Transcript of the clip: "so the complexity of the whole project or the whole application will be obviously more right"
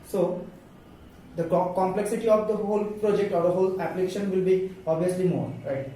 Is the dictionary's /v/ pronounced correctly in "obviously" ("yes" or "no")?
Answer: no